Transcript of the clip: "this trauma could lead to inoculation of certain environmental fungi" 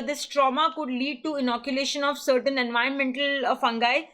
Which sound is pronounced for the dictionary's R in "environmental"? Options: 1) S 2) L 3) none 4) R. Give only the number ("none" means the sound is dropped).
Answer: 3